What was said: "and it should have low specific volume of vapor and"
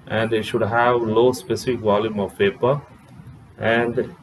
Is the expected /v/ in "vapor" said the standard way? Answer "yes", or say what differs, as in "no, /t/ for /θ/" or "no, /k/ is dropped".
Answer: no, /p/ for /v/